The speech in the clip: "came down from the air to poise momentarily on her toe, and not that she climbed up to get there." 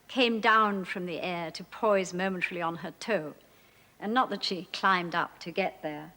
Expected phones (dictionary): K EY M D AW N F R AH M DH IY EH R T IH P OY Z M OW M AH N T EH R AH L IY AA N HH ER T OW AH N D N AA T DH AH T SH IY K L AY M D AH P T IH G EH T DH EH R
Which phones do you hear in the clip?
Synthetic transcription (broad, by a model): K EY M D AW N F R AH M DH IY EH R T IH P OY Z M OW M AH N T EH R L IY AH N ER T OW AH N N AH T DH AH T SH IY K L AY M D AH P T IH G EH T DH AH R